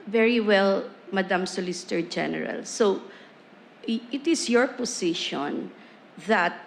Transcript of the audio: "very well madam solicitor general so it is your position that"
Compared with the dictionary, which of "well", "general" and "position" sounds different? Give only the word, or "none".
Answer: position